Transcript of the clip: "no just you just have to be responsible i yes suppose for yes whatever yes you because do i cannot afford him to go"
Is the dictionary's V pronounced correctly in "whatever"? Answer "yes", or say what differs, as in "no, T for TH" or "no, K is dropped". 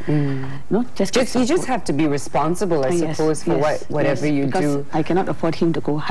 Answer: yes